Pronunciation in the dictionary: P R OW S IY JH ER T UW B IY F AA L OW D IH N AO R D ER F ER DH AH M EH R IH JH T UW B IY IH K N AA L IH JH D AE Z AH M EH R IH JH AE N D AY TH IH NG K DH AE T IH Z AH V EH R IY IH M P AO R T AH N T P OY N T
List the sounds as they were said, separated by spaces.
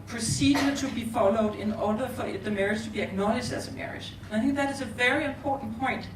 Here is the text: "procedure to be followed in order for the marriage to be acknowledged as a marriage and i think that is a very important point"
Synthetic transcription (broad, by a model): P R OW S IY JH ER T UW B IY F AA L OW D IH N AO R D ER F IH DH AH M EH R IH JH T UW B IY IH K N AA L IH SH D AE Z AH M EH R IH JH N AY TH IH NG K DH AE T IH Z AH V EH R IY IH M P AO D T N P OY N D